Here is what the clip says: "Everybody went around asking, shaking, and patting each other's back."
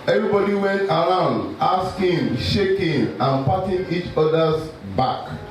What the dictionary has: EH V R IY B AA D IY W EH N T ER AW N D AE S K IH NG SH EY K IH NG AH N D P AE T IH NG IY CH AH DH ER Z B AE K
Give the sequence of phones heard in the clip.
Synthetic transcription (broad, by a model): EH V R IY B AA D IY W EH N T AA AW N D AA S K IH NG SH EY K IH NG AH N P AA T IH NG IY CH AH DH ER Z B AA K